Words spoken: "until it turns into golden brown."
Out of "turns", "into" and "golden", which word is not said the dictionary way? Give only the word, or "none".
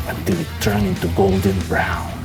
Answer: turns